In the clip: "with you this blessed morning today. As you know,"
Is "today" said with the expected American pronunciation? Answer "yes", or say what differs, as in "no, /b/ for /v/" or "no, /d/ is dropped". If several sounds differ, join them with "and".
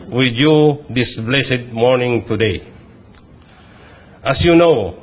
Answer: yes